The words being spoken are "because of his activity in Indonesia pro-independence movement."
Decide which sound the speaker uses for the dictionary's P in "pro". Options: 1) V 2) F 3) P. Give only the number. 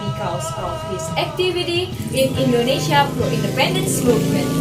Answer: 2